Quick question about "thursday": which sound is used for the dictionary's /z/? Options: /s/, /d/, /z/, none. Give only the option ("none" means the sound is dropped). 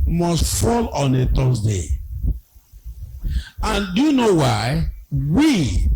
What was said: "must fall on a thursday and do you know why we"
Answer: /s/